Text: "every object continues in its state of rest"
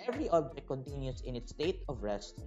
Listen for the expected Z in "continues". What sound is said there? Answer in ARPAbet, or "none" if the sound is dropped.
S